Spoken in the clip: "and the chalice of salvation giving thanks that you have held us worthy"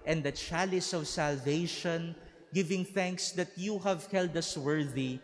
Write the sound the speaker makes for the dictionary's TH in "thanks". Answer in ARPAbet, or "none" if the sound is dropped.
TH